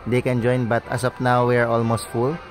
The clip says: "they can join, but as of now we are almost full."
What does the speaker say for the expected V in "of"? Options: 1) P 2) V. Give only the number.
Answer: 1